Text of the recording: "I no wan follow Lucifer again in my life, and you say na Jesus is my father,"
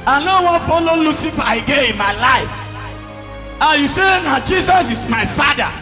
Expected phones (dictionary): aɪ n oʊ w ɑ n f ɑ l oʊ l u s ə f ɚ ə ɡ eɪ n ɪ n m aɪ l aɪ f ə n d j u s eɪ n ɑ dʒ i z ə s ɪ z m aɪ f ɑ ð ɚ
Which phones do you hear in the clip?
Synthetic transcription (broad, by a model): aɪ n oʊ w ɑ f ɑ l oʊ l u s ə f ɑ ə ɡ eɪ ɪ n m aɪ l aɪ f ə j u s eɪ n ɑ dʒ i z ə s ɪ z m aɪ f ɑ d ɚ